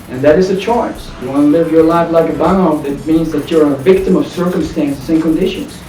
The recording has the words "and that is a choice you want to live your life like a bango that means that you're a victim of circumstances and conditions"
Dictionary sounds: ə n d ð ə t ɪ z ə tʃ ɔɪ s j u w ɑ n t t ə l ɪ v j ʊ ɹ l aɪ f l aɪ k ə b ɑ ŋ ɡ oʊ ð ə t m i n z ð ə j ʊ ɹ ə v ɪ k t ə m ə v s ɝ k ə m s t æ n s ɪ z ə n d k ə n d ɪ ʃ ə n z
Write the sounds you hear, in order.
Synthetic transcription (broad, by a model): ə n ð ə t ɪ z ə tʃ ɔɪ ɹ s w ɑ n l ɪ v j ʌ ɹ l aɪ f l aɪ k ə b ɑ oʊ ð ə t m i n z ð ə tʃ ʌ ɹ ə v ɪ k t ə m ə v s ɝ k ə m s t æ n s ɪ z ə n k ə n d ɪ ʃ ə n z